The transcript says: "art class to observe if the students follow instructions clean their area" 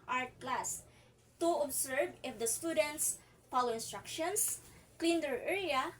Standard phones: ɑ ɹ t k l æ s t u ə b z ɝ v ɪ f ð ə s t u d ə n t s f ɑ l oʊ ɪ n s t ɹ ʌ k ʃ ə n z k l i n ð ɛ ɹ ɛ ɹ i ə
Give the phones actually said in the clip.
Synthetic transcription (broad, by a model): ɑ ɹ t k l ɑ s t u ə b s ɝ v ɪ f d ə s t u d ə n t s p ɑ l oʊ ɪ n s t ɹ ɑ k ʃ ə n s k l i n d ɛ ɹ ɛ ɹ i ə